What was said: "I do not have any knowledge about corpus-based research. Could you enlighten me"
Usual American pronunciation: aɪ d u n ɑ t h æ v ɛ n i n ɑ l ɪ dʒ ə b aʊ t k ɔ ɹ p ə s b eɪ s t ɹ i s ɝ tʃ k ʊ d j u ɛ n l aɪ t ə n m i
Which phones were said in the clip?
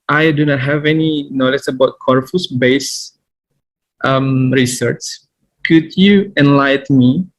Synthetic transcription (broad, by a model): aɪ d u n ɑ t h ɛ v ɛ n i n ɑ l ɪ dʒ ə b aʊ t k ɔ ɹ f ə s b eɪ s t ɹ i s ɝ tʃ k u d j u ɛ n l aɪ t m i